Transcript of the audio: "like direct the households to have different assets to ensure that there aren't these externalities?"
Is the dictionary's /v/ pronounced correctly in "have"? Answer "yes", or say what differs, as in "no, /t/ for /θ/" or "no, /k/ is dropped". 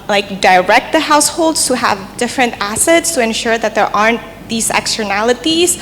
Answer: yes